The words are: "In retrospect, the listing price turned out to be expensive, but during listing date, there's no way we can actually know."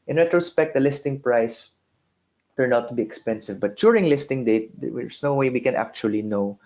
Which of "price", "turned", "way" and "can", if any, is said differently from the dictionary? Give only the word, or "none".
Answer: turned